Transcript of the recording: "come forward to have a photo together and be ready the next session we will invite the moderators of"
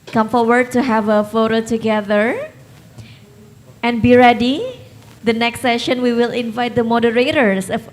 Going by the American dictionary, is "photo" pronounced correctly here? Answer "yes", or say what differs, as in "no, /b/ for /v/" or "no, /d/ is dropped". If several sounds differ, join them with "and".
yes